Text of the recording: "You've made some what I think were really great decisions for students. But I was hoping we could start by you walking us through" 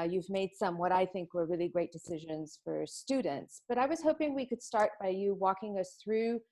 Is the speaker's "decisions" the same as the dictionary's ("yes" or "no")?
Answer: yes